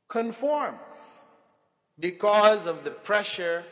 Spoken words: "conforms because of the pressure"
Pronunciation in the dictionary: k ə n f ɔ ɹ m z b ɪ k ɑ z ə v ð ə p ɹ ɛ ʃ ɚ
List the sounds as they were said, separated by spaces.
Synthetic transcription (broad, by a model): k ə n f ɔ ɹ m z b ɪ k ɑ z ə v ð ə p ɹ ɛ ʃ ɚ